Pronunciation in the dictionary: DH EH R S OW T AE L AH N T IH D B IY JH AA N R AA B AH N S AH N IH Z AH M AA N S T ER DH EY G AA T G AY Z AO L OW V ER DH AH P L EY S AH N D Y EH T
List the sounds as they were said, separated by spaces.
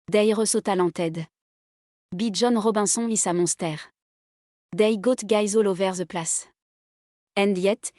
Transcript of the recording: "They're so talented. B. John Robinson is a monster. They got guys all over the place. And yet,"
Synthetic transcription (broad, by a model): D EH R S OW T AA L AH T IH D B IY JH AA N R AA B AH S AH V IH S AH M AA S T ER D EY G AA T G AY Z AO L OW V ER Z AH P L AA S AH N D Y EH T